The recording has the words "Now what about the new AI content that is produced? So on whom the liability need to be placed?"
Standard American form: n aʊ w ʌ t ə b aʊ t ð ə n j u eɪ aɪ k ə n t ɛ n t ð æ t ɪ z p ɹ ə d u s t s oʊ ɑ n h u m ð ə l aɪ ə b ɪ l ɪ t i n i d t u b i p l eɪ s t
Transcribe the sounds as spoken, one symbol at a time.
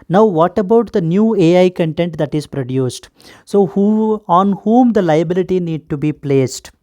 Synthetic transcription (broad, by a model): n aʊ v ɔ t ə b aʊ t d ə n j u eɪ aɪ k ə n t ɛ n t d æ t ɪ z p ɹ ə d u s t s oʊ ɑ n h u m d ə l aɪ ə b ɪ l ɪ t i n i d t u b i p l eɪ s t